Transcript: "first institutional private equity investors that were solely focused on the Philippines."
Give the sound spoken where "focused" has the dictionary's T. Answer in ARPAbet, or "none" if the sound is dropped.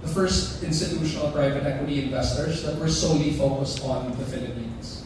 T